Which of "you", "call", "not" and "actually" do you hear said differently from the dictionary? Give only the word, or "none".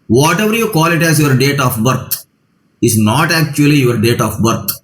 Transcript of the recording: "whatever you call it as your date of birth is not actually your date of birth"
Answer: none